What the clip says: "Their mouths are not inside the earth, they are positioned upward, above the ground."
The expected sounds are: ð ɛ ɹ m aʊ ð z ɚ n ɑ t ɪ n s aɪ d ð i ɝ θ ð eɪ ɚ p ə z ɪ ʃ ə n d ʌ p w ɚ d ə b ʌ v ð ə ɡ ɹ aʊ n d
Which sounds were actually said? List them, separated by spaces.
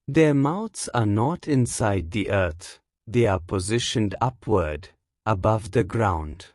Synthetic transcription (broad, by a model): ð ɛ ɹ m aʊ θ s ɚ n ɑ t ɪ n s aɪ d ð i ɝ θ ð eɪ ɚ p ə z ɪ ʃ ə n d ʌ p w ɚ d ə b ʌ v ð ə ɡ ɹ aʊ n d